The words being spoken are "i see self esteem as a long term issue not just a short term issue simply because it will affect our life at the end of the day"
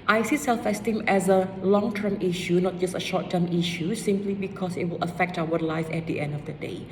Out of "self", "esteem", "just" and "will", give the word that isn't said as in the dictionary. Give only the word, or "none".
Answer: none